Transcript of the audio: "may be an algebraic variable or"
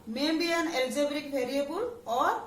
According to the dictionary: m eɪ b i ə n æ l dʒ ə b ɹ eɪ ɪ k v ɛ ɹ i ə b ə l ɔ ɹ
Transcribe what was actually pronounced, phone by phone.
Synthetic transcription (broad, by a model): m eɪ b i ə n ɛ l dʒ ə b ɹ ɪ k b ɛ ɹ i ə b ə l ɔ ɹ